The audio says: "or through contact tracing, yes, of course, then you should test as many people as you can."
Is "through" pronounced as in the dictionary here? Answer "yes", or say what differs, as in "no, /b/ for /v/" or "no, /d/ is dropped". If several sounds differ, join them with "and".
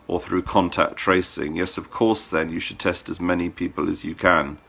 yes